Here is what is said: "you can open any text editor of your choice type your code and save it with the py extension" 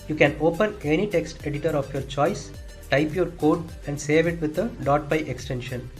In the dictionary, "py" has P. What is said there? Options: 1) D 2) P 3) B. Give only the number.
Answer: 3